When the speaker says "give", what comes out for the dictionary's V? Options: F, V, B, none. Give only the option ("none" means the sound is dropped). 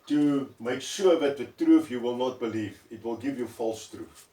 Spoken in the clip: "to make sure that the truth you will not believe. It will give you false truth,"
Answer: V